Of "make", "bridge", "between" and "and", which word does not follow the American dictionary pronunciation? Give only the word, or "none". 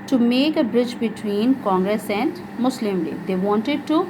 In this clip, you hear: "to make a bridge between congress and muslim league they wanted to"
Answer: none